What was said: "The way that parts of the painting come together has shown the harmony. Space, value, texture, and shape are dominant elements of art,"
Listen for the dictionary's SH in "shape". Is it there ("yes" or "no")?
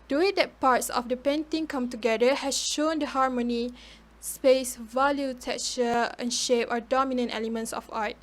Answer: yes